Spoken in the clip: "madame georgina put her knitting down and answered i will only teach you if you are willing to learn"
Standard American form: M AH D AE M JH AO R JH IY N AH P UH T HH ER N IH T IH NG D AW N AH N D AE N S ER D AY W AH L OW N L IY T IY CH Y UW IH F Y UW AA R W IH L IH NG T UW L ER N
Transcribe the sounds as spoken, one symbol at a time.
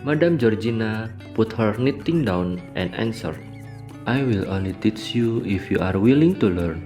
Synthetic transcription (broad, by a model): M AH D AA M JH AO R JH IY N AH P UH T HH ER N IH T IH NG D AW N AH N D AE N S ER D AY W AH L OW N L IY T IY CH Y UW IH F Y UW AA R W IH L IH NG T UW L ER N